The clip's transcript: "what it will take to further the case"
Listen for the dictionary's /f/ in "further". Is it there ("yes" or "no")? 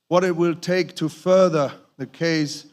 yes